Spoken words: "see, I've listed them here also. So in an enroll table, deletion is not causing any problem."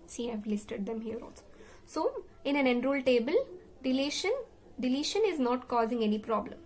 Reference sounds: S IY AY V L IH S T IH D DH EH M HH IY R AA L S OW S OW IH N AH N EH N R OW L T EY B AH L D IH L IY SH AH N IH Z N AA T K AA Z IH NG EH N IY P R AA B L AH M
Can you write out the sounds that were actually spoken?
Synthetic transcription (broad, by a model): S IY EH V L IH S T IH D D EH M HH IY R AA N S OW S OW IH N AH N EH N R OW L T EY B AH L D IH L IY SH AH N IH Z N AA T K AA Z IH NG EH N IY P R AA B L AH M